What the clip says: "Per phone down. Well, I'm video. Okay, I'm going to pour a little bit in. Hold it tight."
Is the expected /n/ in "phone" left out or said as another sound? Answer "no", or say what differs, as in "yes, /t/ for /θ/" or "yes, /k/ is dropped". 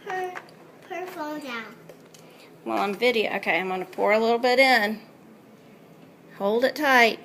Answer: yes, /l/ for /n/